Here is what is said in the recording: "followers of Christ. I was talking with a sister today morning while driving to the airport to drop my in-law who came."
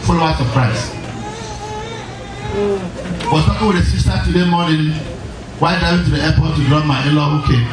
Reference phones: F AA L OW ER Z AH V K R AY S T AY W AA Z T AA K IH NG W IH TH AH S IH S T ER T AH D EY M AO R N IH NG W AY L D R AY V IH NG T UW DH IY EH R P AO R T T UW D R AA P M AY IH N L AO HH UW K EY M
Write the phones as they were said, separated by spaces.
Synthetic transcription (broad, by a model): F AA L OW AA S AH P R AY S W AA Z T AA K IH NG W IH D AH S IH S T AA T AH D EY M AO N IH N W AY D AY IH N T UW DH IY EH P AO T T UW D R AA M AY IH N L AO HH UW K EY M